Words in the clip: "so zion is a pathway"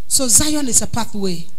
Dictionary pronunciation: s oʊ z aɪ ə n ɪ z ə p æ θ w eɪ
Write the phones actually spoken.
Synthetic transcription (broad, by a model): s oʊ z aɪ ə n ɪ s ə p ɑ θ w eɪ